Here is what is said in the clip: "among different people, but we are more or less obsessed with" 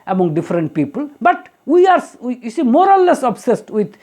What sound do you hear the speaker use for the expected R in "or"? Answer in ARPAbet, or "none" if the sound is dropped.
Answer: L